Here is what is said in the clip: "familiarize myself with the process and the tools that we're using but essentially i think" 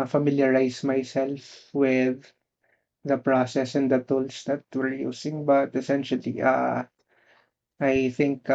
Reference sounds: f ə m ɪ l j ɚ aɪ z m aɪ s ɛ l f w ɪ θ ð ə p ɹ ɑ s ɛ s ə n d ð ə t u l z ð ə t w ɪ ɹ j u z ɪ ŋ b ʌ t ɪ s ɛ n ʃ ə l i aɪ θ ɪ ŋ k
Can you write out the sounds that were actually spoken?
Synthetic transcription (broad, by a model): f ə m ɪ l j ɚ aɪ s m aɪ s ɛ l f w ɪ ð ə p ɹ ɑ s ɛ s ə n d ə t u l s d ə t w ɪ ɹ j u s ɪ ŋ b ʌ t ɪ s ɛ n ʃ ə l i aɪ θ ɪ ŋ k